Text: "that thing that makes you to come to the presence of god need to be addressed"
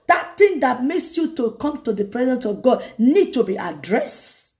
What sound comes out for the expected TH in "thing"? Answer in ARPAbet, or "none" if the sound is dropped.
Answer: T